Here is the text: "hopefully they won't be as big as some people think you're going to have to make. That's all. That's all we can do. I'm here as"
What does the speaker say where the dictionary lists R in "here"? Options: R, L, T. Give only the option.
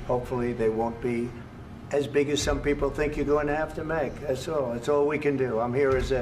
R